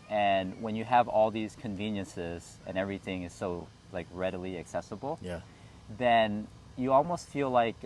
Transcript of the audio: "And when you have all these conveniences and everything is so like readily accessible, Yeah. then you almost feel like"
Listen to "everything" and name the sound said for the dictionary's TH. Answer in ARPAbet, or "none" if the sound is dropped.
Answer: TH